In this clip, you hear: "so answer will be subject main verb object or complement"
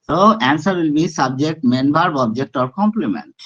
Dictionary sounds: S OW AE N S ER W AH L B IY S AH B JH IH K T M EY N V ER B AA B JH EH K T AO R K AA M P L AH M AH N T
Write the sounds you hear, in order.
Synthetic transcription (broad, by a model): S OW AE N S ER W AH L B IY S AH B JH IH K T M EY N B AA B AA B JH EH K T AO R K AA M P L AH M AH N T